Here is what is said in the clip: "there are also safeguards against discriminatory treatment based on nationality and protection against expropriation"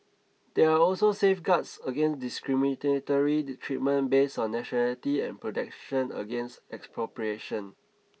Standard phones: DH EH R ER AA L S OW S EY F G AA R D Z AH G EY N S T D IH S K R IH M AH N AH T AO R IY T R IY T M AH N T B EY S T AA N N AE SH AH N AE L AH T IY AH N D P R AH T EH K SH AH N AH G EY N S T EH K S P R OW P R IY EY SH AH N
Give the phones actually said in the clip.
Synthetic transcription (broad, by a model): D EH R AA AA L S OW S EY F G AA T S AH G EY N S D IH S K R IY M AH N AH T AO R IY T R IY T M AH N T B EY S AA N N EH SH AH N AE L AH T IY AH N P R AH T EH K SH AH N AH G EY N S T EH K S P R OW P R IY EY SH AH N